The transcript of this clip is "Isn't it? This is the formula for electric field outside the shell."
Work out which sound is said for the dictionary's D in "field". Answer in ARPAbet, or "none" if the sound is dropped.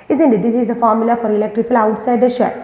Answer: none